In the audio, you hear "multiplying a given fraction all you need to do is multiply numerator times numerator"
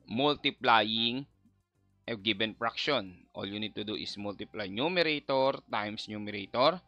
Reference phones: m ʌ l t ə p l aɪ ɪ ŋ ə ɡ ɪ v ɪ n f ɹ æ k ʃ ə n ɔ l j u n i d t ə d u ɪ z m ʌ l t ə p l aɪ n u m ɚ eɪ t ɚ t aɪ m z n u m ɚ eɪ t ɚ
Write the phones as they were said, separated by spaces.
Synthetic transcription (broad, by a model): m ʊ l t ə p l aɪ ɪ ŋ ə ɡ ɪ b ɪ n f ɹ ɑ k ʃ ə n ɔ l j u n i d t ə d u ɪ s m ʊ l t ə p l aɪ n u m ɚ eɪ t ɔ t aɪ m s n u m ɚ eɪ t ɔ